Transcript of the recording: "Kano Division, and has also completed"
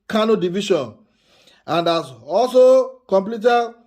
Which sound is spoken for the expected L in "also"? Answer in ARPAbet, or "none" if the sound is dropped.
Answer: L